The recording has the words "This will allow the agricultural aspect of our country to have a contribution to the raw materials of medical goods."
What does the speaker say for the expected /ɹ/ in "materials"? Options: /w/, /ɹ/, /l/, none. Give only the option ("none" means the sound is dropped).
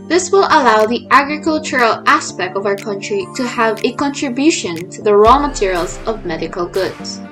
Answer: /ɹ/